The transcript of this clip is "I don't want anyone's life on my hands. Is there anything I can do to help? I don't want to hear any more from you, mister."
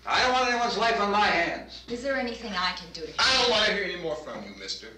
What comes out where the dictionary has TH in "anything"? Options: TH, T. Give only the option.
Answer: TH